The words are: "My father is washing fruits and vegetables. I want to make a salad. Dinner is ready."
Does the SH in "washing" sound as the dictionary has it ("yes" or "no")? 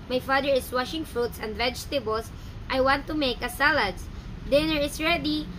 yes